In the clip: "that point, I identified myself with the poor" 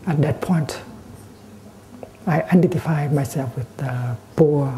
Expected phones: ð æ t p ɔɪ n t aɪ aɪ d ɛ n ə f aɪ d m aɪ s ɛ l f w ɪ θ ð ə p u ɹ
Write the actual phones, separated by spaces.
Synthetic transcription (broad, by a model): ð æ t p ɔɪ n t aɪ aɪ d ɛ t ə f aɪ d m aɪ s ɛ l f w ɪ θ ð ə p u